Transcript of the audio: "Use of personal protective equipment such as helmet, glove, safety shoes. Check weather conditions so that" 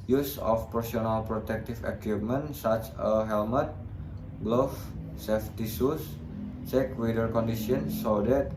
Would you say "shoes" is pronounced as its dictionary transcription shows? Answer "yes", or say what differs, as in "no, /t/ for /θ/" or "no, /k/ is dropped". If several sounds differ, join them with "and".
no, /s/ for /ʃ/ and /s/ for /z/